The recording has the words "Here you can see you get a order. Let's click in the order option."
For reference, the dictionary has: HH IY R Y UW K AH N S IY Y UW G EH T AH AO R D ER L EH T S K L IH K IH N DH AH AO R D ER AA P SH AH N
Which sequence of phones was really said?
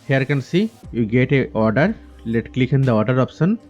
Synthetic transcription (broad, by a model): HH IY R K AH N S IY Y UW G EH T AH AO R D ER L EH T K L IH K IH N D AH AO R D ER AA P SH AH N